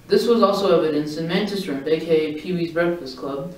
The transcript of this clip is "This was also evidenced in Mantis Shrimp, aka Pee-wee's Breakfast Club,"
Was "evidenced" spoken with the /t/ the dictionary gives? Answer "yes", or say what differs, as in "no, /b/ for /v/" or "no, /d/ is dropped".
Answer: no, /t/ is dropped